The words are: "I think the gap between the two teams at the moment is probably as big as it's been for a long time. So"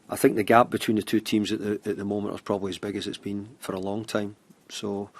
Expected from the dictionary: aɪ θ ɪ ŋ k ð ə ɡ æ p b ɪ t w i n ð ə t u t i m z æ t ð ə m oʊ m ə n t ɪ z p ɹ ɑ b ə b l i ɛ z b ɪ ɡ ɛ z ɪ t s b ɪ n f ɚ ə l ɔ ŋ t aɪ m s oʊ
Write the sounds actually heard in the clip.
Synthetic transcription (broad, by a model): aɪ θ ɪ ŋ k ð ə ɡ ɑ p b ɪ t w i n ð ə t u t i m z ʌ t ð ə m oʊ m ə n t ɪ z p ɹ ɑ b ə b l i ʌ z b ɪ ɡ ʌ z ɪ t s b ɪ n f ɚ ə l ɔ ŋ t aɪ m s oʊ